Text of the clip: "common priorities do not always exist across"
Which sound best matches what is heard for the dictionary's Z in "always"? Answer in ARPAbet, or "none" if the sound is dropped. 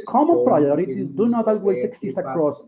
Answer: S